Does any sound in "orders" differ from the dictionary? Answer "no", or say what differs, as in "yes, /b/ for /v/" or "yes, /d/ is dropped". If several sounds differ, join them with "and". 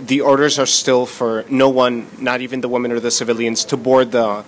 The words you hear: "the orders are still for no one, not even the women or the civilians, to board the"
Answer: no